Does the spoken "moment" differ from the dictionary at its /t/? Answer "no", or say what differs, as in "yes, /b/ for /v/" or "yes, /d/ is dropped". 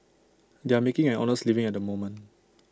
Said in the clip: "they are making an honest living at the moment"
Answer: yes, /t/ is dropped